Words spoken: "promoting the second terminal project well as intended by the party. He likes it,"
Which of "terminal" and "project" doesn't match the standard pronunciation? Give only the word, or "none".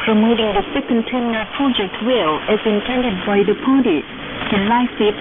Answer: terminal